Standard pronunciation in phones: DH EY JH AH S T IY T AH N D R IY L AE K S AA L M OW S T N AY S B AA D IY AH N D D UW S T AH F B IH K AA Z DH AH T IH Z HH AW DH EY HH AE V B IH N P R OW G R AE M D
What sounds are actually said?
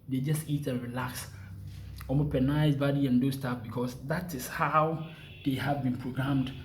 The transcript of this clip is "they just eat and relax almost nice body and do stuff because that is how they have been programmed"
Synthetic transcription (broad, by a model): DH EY JH AH S T IY T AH N R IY L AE K S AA M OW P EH N AY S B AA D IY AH N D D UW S T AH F B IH K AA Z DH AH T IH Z HH AW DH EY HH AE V B IH N P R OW G R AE M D